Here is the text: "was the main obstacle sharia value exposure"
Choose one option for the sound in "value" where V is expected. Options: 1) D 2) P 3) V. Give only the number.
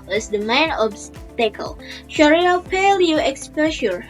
2